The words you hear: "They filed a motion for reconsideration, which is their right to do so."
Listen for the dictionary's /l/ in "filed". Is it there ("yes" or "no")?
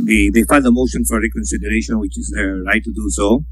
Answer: no